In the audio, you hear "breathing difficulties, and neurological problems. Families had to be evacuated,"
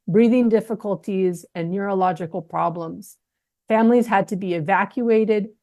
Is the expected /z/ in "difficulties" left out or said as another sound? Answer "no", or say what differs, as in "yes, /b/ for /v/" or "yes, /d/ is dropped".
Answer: no